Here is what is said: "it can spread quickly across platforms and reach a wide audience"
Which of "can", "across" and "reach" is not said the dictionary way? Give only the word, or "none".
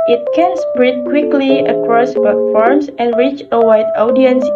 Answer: none